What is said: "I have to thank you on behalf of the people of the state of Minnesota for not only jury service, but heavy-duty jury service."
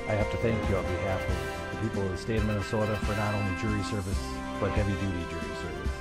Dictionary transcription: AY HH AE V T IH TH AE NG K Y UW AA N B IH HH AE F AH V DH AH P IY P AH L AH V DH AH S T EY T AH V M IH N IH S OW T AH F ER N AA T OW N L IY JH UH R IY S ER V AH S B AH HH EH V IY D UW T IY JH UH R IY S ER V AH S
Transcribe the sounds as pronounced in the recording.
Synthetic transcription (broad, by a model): AY HH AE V T IH TH AE NG K Y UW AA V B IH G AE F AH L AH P IY P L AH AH S T EY AH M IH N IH S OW T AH F ER N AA T OW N L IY JH UH R IY S ER V AH S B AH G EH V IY D UW T IY JH UH R IY S ER V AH S